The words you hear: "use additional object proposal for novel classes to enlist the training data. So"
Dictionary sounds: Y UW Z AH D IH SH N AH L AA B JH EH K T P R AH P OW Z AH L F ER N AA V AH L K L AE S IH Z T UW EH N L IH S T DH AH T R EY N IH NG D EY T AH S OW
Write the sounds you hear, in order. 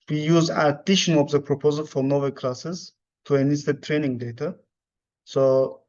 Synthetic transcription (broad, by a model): Y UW Z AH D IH SH AH N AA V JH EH P R AH P OW Z AH L F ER N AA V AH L K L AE S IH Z T UW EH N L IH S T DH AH T R EY N IH NG D EY T AH S OW